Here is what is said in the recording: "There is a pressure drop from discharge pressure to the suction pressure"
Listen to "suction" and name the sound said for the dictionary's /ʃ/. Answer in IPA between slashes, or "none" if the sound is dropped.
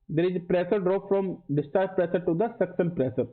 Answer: /s/